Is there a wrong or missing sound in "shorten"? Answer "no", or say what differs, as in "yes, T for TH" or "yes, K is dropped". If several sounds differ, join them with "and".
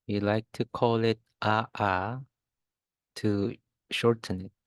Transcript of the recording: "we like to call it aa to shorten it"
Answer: no